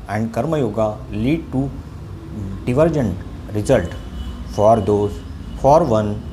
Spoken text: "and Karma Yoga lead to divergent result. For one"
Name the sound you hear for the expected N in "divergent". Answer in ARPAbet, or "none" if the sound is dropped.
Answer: N